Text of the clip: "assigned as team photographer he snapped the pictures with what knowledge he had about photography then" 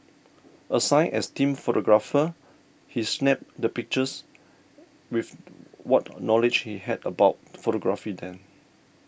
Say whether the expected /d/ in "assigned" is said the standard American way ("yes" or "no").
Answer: no